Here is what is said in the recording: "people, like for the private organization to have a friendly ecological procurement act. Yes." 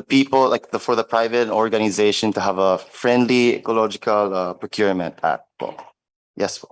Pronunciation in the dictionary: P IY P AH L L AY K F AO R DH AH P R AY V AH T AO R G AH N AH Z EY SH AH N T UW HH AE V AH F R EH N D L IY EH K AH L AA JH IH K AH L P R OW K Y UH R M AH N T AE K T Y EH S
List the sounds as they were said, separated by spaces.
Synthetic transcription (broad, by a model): P IY P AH L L AY K F AO R DH AH P R AY V AH T AO R G AH N AH Z EY SH AH N T UW HH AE V AH F R EH N D L IY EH K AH L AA JH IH K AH L P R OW K Y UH R M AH N T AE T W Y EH S